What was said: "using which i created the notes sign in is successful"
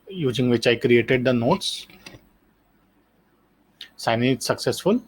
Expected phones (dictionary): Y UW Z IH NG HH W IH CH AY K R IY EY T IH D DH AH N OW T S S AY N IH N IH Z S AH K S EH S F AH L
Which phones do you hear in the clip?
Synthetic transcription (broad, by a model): Y UW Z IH NG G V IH CH AY K R IY EY T IH D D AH N OW T S S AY IH N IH S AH K S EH S F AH L